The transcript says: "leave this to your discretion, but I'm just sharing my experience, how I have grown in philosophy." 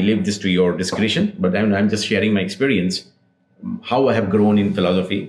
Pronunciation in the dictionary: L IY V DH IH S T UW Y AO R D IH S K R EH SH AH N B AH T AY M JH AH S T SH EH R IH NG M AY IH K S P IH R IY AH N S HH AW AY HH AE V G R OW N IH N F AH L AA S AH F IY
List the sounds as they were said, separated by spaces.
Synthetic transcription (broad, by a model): L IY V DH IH S T UW Y AO R D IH S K R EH SH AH N B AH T AY M JH AH S T SH EH R IH NG M AY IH K S P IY R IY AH N S HH AW AY HH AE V G R OW N IH N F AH L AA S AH F IY